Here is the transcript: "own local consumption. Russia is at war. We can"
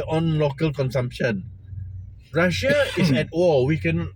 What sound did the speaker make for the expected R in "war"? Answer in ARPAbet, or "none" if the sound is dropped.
L